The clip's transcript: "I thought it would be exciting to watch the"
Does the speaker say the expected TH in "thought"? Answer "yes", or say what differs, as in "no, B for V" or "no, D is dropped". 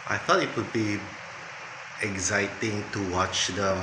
no, F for TH